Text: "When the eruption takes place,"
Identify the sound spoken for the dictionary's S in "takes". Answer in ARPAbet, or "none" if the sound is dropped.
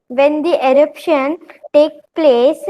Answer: none